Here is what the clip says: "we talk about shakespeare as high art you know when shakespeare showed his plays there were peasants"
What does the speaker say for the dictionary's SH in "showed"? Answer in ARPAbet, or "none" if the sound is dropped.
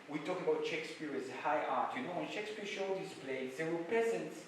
SH